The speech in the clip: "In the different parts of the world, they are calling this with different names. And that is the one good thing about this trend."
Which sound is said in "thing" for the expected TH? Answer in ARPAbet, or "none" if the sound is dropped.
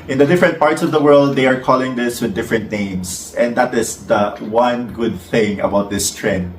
TH